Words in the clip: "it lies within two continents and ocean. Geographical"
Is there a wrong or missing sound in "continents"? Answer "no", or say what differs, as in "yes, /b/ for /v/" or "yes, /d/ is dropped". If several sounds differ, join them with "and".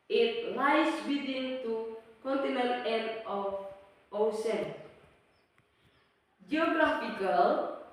yes, /s/ is dropped